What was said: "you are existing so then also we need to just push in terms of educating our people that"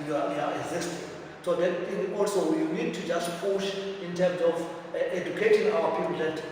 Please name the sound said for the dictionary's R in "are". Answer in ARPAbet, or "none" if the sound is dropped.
W